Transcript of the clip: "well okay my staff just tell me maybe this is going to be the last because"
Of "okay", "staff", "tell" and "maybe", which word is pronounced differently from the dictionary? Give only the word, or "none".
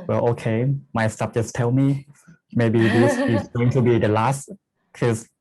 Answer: staff